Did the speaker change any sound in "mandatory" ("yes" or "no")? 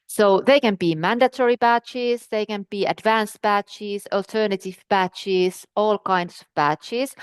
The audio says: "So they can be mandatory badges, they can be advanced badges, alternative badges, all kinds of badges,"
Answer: no